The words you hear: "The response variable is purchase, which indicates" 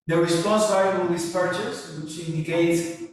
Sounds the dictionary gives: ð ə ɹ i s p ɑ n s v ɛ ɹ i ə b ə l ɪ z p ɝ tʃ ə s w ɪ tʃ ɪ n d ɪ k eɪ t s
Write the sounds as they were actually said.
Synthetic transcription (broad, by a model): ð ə ɹ i s p ɑ n s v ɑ i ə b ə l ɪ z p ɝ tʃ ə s w ɪ tʃ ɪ n d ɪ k eɪ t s